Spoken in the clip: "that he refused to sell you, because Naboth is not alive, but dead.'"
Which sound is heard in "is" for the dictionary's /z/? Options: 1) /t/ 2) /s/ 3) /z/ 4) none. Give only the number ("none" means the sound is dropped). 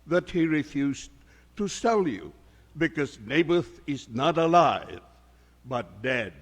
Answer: 3